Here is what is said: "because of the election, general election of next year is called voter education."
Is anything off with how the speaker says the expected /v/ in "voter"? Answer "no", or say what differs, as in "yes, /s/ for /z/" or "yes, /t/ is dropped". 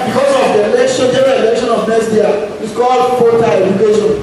yes, /f/ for /v/